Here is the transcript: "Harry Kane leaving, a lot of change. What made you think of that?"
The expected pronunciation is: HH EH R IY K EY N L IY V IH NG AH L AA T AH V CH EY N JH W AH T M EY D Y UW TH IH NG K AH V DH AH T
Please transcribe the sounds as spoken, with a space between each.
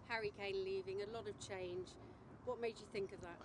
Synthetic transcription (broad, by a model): HH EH R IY K EY N L IY V IH NG AH L AA T AH V CH EY N JH W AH T M EY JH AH TH IH NG K AH V DH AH T